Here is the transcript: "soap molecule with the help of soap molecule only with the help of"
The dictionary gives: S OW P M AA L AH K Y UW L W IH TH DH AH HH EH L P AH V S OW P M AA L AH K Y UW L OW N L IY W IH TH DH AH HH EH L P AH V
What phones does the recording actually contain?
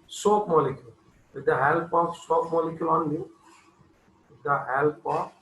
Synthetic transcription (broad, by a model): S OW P M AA L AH K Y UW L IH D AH HH EH L P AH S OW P M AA L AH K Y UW L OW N IY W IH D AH HH EH L P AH